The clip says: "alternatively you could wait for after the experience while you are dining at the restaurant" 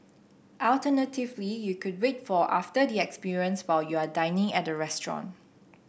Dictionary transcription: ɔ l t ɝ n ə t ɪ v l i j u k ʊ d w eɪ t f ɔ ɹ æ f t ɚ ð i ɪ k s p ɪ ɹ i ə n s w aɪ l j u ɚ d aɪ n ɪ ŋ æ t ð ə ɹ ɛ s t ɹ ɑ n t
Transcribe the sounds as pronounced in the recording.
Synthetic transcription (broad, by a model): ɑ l t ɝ n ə t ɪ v l i j u k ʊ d w eɪ t f ɔ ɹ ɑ f t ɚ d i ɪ k s p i ɹ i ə n s w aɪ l j u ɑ d aɪ n ɪ ŋ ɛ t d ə ɹ ɛ s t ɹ ɑ n